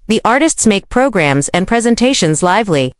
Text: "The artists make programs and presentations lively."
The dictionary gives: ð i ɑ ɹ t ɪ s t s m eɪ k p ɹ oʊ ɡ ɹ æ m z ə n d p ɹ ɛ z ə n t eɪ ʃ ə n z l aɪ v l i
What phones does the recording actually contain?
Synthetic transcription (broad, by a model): ð i ɑ ɹ t ɪ s t s m eɪ k p ɹ oʊ ɡ ɹ æ m z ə n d p ɹ ɛ z ə n t eɪ ʃ ə n z l aɪ v l i